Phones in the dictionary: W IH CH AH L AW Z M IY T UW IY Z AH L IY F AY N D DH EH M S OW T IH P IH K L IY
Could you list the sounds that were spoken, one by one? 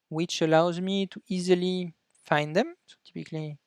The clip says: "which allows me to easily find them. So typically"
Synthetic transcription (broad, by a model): W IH CH AH L AW Z M IY T UW IY Z AH L IY F AY N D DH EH M S OW T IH P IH K L IY